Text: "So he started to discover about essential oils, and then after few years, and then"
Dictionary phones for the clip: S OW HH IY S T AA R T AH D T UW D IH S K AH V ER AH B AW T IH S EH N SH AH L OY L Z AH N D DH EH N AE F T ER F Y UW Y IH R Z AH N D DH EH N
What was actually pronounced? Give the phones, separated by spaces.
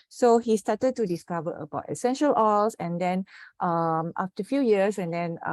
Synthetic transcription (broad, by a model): S OW HH IY S T AA T AH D T UW D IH S K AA V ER AH B AW T IH S EH N SH AH L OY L S AH N D EH N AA F T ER F Y UW Y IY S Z AH N D EH N